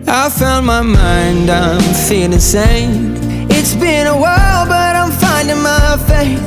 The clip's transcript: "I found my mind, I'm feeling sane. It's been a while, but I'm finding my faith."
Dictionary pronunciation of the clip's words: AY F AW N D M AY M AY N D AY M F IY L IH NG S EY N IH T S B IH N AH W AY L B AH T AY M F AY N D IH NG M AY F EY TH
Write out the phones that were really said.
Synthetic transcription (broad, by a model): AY F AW N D M AY M AY N D AY M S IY IH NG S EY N IH T S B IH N AH W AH L B AH T AY M F AY N D IH NG M AY F EY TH